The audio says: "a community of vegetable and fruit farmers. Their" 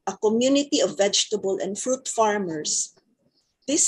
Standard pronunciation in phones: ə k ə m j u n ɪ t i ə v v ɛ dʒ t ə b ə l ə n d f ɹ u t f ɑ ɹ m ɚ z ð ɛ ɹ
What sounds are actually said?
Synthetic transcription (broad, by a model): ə k ə m j u n ɪ t i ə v v ɛ dʒ t ə b ə l ə n d f ɹ u t f ɑ ɹ m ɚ s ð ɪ